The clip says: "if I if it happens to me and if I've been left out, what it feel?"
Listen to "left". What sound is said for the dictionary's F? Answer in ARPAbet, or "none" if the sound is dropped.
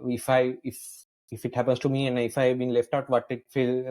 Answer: F